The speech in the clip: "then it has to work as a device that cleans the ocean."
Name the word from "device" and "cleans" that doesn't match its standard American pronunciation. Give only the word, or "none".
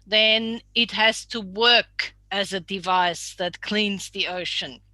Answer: none